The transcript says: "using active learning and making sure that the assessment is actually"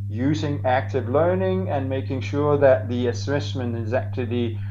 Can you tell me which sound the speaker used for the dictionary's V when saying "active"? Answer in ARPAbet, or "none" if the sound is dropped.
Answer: V